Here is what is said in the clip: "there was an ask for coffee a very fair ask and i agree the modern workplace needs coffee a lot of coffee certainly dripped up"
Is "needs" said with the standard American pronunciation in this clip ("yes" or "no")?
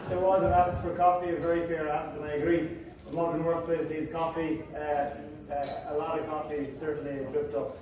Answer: no